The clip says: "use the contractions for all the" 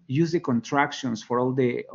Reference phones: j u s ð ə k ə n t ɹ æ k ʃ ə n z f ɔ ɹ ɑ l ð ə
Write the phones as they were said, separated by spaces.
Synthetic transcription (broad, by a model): j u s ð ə k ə n t ɹ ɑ k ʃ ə n s f ɔ ɹ ɑ l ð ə